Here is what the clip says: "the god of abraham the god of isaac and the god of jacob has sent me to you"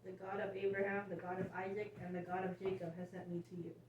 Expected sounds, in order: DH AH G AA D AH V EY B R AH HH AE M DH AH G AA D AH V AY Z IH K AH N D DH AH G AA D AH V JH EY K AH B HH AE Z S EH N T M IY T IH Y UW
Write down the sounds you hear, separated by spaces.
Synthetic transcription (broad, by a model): DH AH G AA D AH V EY B R AH HH AE M DH AH G AA D AH V AY Z IH K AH N DH AH G AA D AH V JH EY K AH B HH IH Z S EH N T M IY T IH Y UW